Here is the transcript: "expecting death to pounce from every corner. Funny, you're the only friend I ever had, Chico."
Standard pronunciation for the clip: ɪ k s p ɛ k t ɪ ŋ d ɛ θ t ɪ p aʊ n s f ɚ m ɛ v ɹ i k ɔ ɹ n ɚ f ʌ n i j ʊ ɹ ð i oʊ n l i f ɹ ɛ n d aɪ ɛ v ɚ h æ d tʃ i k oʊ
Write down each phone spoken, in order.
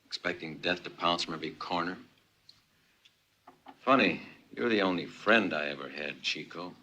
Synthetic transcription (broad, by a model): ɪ k s p ɛ k t ɪ ŋ d ɛ θ t ɪ p aʊ n s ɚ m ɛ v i k ɔ ɹ n ɚ f ʌ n i j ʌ ɹ ð i oʊ n l i f ɹ ɛ n d aɪ ɛ v ɚ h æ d tʃ i k oʊ